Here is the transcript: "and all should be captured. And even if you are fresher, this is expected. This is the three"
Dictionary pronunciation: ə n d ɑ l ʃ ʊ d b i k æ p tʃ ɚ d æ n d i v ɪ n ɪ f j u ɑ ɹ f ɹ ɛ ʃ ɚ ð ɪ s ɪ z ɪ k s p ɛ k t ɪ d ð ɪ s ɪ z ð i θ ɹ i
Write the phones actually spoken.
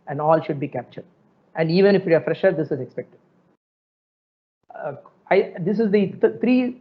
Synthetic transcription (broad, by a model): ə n d ɑ l ʃ ʊ d b i k æ p tʃ ɚ d æ n d i v ɪ n ɪ f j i ɑ ɹ f ɹ ɛ ʃ ɚ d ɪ s ɪ z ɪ k s p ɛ k t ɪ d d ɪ s ɪ z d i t ɹ i